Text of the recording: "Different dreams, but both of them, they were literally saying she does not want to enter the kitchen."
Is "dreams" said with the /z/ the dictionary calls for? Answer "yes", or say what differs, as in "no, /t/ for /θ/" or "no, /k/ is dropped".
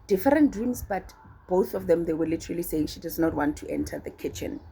no, /s/ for /z/